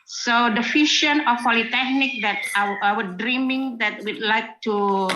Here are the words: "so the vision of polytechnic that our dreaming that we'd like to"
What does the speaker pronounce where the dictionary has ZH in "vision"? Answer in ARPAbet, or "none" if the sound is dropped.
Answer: SH